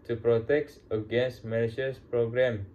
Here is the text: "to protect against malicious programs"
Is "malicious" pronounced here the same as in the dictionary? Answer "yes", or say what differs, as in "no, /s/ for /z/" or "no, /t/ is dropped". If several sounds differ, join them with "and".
no, /n/ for /l/